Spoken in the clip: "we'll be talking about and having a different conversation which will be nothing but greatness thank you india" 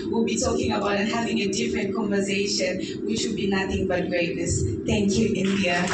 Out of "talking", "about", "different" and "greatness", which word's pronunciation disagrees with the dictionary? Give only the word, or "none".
greatness